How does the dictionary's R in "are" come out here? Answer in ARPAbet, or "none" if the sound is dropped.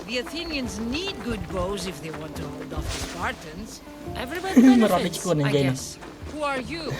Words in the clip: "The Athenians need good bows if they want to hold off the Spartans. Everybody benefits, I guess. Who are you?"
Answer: R